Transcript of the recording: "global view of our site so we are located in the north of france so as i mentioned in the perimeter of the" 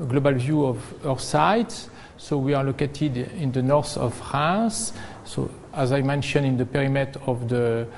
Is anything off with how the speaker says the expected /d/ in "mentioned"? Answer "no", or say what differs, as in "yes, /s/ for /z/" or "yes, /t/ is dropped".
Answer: yes, /d/ is dropped